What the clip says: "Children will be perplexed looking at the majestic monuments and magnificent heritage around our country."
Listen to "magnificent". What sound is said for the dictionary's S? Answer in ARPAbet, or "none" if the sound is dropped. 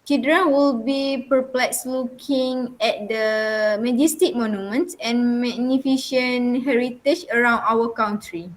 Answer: SH